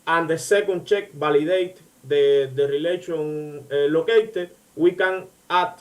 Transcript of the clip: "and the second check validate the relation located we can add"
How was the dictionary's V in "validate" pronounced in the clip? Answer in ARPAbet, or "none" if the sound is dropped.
B